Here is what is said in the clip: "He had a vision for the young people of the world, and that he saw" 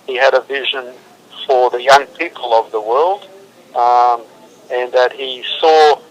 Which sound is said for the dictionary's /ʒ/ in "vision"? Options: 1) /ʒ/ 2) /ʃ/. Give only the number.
1